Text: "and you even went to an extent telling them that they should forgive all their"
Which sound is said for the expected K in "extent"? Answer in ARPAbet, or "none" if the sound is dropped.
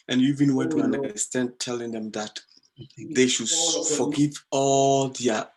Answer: none